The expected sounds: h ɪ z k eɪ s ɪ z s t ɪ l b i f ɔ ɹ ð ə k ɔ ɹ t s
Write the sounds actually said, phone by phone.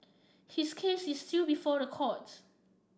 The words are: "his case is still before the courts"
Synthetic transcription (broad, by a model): h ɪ s k eɪ s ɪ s t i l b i f ɔ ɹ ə k ɔ t